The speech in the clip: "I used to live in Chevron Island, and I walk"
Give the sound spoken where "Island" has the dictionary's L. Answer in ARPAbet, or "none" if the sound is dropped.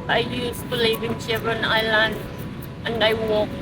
L